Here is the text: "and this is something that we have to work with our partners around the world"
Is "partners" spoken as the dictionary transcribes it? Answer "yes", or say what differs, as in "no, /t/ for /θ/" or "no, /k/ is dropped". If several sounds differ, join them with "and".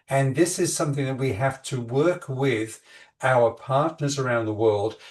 yes